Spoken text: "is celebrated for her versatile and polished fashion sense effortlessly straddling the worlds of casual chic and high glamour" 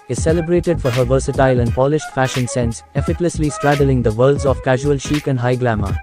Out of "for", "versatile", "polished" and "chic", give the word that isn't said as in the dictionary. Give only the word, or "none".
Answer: none